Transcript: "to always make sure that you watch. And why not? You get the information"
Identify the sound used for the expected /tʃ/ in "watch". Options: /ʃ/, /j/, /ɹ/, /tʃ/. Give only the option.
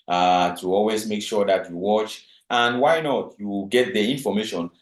/tʃ/